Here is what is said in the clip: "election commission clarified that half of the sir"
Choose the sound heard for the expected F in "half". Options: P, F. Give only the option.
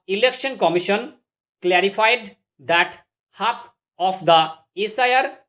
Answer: P